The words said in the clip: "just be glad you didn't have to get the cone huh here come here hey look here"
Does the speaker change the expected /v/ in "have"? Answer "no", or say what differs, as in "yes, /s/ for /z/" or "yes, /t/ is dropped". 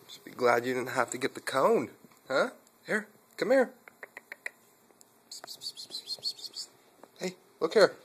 yes, /f/ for /v/